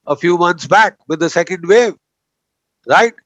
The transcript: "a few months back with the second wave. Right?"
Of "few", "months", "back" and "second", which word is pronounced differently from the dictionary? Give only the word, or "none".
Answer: months